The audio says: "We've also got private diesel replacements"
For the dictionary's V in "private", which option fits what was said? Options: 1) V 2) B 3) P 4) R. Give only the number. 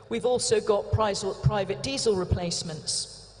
1